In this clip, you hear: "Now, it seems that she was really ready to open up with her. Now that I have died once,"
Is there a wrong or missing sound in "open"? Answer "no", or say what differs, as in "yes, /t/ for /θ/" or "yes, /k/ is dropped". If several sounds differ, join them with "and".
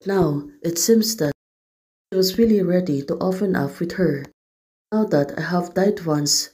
yes, /f/ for /p/